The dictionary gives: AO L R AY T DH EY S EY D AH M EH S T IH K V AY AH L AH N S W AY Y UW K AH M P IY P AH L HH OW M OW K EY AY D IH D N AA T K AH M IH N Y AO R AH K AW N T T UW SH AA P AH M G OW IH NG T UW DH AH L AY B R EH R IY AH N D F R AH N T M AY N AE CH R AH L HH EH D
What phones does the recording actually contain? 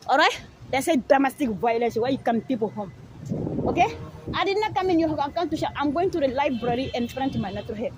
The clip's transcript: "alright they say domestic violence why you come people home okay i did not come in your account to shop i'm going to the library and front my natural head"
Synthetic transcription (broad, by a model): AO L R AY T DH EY S EY D AH M EH S T IH K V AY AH L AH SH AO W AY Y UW K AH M P IY P AH L HH OW M OW K EY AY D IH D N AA K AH M IH N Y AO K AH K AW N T T UW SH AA AH M G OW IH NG T UW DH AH L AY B R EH R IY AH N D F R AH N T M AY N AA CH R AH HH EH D